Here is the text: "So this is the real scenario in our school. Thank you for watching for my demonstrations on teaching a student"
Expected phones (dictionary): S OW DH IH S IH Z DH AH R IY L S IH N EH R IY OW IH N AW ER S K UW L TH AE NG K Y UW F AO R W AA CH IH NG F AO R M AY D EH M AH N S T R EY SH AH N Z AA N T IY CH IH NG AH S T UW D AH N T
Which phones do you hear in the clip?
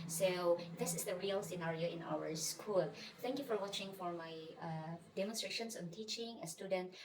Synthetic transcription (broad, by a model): S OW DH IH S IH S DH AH R IY L S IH N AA R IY OW IH N AW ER S K UW L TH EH NG K Y UW F AO R W AA CH IH NG F AO R M AY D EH M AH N S T R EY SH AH N S AA N T IY CH IH NG AH S T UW D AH N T